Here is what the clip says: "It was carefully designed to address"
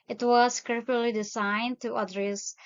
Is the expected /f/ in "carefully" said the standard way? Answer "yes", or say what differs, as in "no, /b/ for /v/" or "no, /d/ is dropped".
no, /f/ is dropped